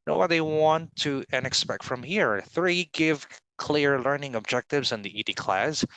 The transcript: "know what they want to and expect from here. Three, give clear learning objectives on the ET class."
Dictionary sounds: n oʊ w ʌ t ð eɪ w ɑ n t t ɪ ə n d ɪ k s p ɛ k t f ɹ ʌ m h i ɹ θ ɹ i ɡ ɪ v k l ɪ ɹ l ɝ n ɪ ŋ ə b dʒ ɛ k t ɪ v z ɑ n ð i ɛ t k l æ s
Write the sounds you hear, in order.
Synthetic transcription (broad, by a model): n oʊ w ʌ t ð eɪ w ɑ n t t ɪ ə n ɪ k s p ɛ k t f ɹ ʌ m h i ɹ θ ɹ i ɡ ɪ v k l ɪ ɹ l ɝ n ɪ ŋ ə b dʒ ɛ k t ɪ v z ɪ n ð i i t k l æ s